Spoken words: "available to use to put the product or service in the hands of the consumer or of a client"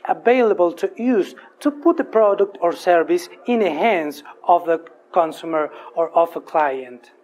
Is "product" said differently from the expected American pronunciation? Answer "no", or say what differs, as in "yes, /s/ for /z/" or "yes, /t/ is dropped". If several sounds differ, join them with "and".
no